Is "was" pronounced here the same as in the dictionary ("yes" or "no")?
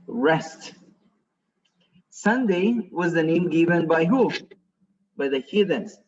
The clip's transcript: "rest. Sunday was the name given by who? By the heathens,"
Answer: yes